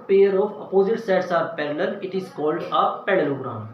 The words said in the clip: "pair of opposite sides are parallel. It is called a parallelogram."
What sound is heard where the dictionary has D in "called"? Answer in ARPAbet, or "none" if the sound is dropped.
D